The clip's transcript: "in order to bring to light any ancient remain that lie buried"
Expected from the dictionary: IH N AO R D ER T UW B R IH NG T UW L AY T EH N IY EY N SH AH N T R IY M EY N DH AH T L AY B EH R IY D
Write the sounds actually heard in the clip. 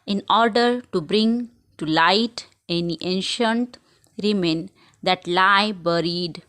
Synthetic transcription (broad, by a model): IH N AO R D ER T UW B R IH NG T UW L AY T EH N IY EY N SH AH N T R IY M EY N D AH T L AY B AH R IY D